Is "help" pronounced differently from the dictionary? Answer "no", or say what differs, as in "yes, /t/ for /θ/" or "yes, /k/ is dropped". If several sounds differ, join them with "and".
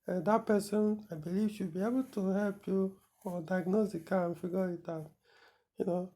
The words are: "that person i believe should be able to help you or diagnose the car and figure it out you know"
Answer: no